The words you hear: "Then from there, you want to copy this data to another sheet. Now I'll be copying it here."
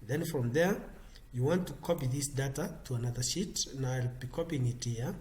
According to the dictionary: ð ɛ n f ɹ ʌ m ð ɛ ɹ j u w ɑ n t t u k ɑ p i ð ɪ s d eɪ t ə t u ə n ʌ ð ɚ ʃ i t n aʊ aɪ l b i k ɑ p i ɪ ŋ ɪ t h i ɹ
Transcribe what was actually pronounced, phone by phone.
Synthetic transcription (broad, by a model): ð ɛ n f ɹ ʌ m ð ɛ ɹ j u w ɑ n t t u k ɑ p i ð ɪ s d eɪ t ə t u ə n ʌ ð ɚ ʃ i t n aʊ aɪ l b i k ɑ p i ɪ ŋ ɪ t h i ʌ